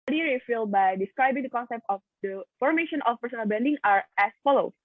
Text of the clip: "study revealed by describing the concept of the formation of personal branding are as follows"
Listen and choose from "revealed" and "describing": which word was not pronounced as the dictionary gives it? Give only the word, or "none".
revealed